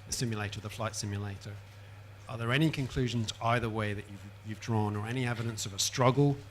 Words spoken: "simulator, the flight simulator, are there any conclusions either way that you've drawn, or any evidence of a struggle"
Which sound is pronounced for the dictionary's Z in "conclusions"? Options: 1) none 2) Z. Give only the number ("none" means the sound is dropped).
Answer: 2